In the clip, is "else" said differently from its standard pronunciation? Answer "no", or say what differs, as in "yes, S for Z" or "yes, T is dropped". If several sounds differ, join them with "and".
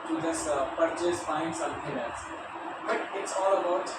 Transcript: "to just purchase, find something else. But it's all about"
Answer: yes, L is dropped